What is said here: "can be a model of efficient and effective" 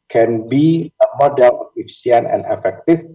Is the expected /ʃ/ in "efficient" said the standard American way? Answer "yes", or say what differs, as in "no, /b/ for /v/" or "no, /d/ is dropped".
no, /ʃ/ is dropped